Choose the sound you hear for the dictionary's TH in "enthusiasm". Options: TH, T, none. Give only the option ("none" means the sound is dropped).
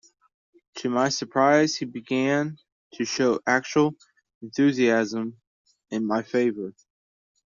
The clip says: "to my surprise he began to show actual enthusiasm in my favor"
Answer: TH